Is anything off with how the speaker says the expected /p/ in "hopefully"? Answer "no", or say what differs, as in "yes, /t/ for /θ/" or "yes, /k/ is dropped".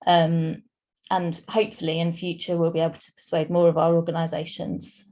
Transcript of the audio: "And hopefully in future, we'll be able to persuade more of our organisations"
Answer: no